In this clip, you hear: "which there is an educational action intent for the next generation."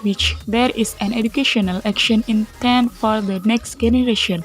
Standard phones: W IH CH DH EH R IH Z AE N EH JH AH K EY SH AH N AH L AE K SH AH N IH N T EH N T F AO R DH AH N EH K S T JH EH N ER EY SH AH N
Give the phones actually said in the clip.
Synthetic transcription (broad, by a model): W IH CH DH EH R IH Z AE N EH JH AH K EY SH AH N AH L AE K SH AH N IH N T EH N F AO R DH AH N EH K S T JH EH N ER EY SH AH N